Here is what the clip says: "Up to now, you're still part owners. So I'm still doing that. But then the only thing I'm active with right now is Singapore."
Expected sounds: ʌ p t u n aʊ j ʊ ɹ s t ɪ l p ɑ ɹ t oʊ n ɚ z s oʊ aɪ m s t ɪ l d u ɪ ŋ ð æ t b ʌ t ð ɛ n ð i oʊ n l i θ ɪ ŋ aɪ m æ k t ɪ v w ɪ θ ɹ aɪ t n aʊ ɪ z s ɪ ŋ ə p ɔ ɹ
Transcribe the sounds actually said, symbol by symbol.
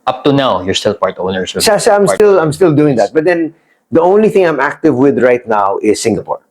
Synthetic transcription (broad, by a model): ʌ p t u n aʊ j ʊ ɹ s t ɪ l p ɑ ɹ t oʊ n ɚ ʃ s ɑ aɪ m s t ɪ l d u ɪ ŋ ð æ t b ʌ t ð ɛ n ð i oʊ n l i θ ɪ ŋ aɪ m æ k t ɪ v w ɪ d ɹ aɪ t n aʊ ɪ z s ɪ ŋ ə p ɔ ɹ